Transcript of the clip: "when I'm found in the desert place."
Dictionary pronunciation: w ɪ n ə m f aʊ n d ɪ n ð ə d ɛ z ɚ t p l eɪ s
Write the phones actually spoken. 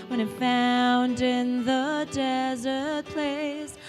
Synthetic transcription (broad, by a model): w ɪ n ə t f aʊ n d ɪ n ð ə d ɛ z ɚ t p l eɪ s